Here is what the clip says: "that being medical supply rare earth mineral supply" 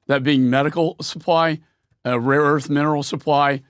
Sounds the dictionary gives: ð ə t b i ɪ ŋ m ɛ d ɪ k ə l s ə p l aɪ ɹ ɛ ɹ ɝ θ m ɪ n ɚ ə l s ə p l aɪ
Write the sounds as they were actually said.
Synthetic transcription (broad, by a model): ð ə t b i ɪ ŋ m ɛ d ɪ k l s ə p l aɪ ɹ ɛ ɹ ɝ θ m ɪ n ɚ l s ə p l aɪ